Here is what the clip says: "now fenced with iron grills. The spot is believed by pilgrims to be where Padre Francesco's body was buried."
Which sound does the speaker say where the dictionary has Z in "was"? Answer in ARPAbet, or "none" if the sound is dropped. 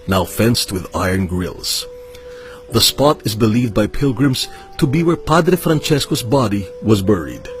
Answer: Z